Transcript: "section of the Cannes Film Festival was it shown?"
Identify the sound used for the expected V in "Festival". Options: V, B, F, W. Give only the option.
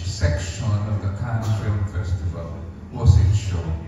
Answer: V